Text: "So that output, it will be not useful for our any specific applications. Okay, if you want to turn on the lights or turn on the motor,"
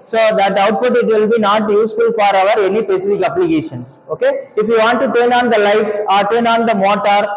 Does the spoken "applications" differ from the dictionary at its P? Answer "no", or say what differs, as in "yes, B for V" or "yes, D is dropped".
yes, B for P